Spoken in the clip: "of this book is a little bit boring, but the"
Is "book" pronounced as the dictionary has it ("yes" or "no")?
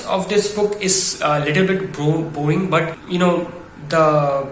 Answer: yes